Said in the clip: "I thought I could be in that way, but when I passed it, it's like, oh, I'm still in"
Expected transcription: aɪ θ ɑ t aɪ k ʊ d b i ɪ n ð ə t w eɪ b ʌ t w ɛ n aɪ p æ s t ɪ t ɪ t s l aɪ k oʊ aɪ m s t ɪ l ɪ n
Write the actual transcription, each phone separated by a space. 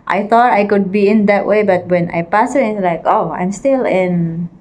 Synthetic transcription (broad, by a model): aɪ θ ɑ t aɪ k ʊ d b i ɪ n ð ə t w eɪ b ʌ t w ɛ n aɪ p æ s ɪ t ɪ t l aɪ k oʊ aɪ m s t ɪ l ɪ n